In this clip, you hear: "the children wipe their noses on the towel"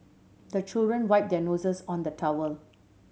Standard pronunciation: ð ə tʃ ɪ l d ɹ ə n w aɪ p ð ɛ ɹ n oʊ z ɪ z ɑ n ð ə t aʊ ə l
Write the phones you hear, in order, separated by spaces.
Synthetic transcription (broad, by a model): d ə tʃ ɪ l d ɹ ə n w aɪ p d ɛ n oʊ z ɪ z ɑ n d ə t aʊ ə l